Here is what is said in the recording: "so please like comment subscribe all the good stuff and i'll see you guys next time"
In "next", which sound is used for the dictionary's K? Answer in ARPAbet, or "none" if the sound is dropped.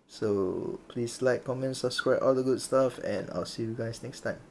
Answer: K